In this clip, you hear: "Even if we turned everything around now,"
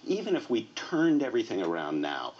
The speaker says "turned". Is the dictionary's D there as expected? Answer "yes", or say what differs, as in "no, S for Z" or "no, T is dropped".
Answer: yes